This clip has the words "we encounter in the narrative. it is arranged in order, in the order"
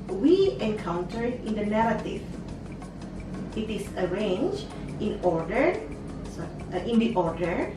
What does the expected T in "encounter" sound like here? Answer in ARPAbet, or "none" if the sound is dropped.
T